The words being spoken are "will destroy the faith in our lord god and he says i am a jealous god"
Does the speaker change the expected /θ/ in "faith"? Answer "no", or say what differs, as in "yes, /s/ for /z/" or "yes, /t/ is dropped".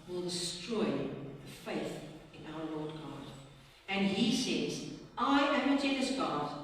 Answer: no